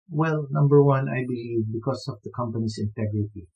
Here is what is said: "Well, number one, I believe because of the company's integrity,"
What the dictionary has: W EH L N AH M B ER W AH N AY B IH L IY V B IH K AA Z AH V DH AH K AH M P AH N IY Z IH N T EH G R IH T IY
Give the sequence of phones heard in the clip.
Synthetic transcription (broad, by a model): W EH L N AH M B ER W AH N AY B IH L IY V B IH K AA S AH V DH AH K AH M P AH N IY S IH N T EH G R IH T IY